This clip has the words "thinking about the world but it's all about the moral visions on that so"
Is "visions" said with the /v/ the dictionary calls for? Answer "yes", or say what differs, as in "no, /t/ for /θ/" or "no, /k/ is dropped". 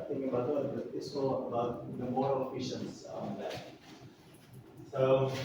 no, /f/ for /v/